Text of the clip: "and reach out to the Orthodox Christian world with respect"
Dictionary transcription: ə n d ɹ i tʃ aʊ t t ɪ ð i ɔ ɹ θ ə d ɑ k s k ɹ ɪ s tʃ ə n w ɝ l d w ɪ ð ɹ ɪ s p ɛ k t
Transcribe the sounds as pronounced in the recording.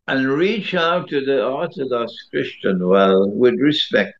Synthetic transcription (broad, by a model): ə n ɹ i tʃ aʊ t t ɪ ð i ɔ ɹ θ ə d ɑ k s k ɹ ɪ s tʃ ə n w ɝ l w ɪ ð ɹ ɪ s p ɛ k t